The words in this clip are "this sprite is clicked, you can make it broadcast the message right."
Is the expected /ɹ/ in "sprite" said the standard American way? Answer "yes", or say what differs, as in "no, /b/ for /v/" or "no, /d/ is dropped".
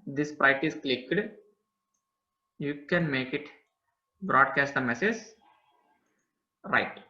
no, /ɹ/ is dropped